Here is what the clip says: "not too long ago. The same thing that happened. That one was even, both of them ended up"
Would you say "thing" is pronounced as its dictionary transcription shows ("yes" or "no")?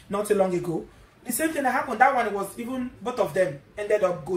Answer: no